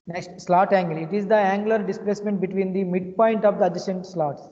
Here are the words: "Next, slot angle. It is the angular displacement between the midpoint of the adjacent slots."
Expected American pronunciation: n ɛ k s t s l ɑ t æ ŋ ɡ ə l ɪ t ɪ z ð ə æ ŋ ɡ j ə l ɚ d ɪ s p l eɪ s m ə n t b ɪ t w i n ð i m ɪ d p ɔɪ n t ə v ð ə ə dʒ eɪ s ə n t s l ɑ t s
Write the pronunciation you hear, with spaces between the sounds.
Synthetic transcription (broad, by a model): n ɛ k s t s l ɑ t æ ŋ ɡ ə l ɪ t ɪ z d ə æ ŋ ɡ l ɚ d ɪ s p l eɪ s m ə n t b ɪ t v i n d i m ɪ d p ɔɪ n t ə v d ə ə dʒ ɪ ʃ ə n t s l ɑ t s